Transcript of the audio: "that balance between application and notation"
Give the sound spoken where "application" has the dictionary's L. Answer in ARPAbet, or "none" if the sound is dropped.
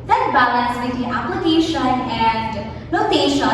none